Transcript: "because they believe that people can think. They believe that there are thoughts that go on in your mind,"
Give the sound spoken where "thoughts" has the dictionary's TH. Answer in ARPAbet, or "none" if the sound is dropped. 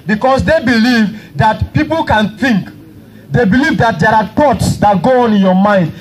T